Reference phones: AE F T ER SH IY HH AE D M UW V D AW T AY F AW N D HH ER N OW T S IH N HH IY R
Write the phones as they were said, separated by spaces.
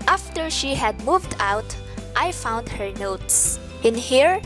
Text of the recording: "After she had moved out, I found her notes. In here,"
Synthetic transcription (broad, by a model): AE F T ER SH IY HH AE D M UW V D AW T AY F AW N D HH ER N OW T S IH N HH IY R